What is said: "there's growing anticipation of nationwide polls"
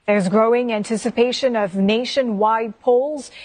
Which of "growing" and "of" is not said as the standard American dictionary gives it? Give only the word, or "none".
none